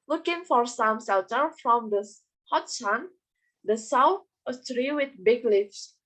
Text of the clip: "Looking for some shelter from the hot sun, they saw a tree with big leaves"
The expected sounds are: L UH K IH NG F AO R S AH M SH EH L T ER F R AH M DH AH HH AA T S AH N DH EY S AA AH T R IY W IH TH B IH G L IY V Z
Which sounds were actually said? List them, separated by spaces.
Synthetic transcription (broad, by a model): L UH K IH NG F AO R S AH M S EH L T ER F R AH M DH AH HH AA T S AH N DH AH S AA AH T R IY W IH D B IH G L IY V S